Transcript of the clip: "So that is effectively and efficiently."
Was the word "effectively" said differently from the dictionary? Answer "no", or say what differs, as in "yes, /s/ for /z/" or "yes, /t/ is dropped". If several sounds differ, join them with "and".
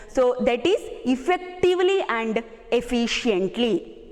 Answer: no